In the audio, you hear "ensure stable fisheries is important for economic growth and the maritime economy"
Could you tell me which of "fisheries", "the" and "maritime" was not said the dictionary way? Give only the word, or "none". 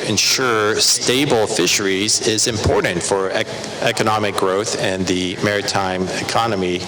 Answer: none